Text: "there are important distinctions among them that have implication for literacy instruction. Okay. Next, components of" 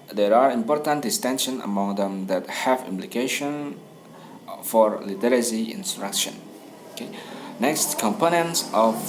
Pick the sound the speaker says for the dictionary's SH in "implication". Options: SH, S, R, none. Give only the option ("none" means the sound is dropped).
SH